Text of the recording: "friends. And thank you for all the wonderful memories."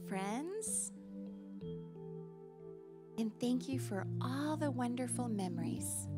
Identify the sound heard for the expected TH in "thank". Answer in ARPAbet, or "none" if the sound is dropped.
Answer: TH